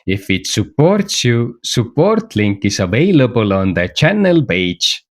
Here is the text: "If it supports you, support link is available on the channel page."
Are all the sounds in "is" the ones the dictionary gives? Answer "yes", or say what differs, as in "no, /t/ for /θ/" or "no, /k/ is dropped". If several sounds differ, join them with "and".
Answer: no, /s/ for /z/